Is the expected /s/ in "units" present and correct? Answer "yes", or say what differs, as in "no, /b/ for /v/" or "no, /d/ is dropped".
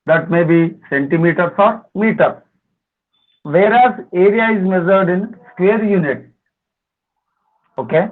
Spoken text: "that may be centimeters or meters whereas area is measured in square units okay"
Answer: no, /s/ is dropped